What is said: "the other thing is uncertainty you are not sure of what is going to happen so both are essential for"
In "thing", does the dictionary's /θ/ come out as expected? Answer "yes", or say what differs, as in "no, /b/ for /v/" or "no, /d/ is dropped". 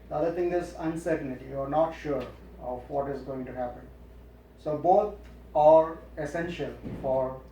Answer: no, /t/ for /θ/